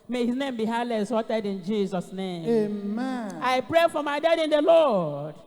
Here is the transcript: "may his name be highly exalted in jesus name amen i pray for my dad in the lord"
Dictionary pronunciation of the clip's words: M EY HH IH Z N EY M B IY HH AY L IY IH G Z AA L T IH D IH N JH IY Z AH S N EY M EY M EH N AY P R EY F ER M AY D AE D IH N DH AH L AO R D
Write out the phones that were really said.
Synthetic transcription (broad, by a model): M EY HH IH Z N EY M B IY HH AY L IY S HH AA T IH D IH N JH IY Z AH S N EY M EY M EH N AY P R EY F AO M AY D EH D IH N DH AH L AO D